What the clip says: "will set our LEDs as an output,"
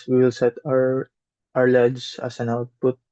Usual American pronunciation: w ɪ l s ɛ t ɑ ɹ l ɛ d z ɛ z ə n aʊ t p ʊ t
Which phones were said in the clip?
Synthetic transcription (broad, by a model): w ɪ l s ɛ t ɑ ɹ l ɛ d s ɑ s ə n aʊ t p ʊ t